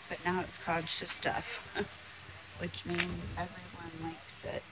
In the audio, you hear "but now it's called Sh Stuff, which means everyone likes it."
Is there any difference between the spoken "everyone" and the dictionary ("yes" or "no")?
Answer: no